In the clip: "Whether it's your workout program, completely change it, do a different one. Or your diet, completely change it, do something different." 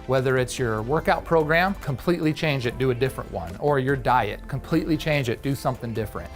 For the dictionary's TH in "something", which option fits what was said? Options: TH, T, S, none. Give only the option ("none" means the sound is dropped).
TH